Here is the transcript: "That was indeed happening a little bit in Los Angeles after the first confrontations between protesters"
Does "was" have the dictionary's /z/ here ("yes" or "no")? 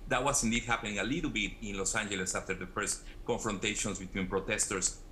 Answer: no